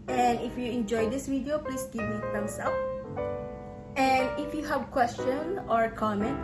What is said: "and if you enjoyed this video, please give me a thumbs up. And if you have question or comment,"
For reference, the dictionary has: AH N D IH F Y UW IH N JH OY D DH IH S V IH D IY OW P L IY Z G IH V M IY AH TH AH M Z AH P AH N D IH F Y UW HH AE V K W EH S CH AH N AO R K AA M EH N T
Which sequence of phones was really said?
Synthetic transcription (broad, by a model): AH N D IH F Y UW IH N JH OY D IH S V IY D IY OW P L IY S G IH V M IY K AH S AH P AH N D IH F Y UW HH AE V K W EH S CH AH N AO R K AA M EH N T